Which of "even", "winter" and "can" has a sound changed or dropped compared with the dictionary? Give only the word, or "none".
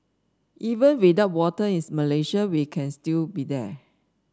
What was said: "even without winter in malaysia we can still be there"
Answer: winter